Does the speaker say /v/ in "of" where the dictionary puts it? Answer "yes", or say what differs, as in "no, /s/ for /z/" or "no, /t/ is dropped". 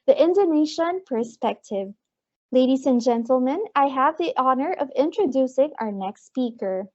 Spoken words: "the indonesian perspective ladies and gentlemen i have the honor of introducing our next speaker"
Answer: yes